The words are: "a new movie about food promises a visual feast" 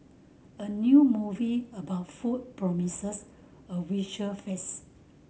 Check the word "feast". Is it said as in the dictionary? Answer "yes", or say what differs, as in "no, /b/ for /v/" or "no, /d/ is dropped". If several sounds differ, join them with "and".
no, /t/ is dropped